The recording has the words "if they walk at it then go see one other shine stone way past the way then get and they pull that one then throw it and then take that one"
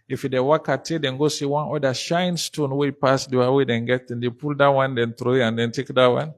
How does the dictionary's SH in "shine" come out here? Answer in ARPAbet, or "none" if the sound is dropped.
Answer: SH